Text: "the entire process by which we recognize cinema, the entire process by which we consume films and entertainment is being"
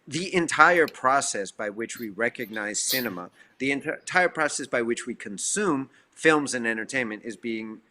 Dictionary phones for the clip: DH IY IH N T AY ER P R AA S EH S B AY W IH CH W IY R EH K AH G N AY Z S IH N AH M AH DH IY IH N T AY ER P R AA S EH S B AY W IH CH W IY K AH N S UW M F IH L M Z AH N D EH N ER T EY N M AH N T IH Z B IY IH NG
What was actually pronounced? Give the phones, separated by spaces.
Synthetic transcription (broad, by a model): DH IY IH N T AY ER P R AA S EH S B AY W IH CH W IY R EH K AH G N AY Z S IH N AH M AH DH IY IH N T AY ER P R AA S EH S B AY W IH CH W IY K AH N S UW M F IH L M Z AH N EH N ER T EY N M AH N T IH Z B IY IH NG